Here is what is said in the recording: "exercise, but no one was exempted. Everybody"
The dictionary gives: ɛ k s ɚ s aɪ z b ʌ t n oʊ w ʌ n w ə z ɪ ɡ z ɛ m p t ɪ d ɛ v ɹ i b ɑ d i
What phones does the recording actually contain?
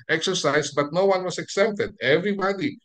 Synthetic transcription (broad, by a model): ɛ k s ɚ s aɪ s b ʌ t n oʊ w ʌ n w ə s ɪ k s ɛ p t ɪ d ɛ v ɹ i b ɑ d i